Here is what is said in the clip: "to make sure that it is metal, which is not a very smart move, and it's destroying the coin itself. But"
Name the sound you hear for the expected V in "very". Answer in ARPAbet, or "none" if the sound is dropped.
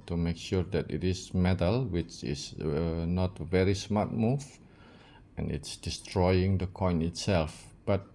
V